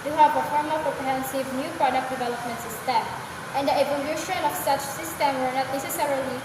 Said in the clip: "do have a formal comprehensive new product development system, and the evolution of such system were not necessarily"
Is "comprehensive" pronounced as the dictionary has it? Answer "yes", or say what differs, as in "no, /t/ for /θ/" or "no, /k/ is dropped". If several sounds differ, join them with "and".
no, /m/ is dropped